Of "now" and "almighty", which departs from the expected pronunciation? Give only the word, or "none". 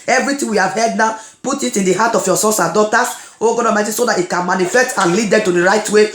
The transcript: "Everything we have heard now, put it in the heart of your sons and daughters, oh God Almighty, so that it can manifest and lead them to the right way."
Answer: almighty